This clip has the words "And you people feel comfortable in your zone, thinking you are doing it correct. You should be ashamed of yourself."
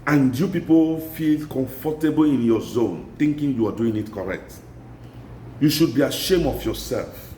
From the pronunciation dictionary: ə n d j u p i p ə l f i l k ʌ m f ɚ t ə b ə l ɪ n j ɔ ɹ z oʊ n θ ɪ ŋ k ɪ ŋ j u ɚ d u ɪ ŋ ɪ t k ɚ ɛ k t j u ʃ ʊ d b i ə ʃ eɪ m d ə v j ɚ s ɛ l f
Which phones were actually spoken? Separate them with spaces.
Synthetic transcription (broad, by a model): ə n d j u p i p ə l f i l k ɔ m f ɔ t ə b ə l ɪ n j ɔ z oʊ n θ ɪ ŋ k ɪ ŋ j u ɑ d u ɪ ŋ ɪ t k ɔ ɛ k t j u ʃ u d b i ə ʃ eɪ m ə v j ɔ s ɛ l f